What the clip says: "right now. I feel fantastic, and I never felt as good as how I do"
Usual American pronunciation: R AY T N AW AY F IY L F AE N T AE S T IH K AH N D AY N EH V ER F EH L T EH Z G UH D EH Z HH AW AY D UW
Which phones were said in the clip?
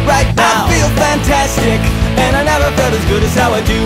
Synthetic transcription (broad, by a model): R AY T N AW AY F IY L F AE N T AE S T IH K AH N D AY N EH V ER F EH T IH Z G UH D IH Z HH AW AY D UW